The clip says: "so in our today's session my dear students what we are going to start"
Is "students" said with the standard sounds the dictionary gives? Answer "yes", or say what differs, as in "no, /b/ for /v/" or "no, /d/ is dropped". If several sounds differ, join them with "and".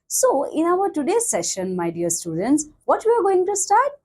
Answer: yes